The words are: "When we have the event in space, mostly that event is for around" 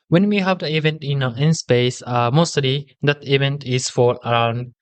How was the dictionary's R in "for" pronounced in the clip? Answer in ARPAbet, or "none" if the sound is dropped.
L